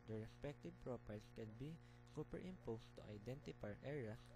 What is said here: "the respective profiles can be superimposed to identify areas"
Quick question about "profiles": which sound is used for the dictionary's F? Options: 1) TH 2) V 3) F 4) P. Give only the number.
4